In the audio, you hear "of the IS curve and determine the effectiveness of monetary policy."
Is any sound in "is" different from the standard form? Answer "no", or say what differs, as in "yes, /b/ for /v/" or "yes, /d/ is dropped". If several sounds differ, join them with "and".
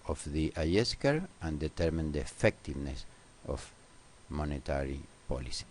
yes, /s/ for /z/